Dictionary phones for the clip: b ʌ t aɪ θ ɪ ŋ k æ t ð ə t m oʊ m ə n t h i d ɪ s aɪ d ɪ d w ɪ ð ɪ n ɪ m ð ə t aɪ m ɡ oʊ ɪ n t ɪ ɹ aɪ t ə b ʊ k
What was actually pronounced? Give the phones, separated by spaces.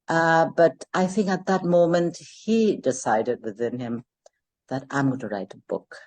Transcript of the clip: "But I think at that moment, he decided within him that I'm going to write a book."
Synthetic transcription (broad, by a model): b ʌ t aɪ θ ɪ ŋ k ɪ t ð ə t m oʊ m ə n t h i d ɪ s aɪ d ɪ d w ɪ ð ɪ n ɪ m ð ə t aɪ m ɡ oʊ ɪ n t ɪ ɹ aɪ t ə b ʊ k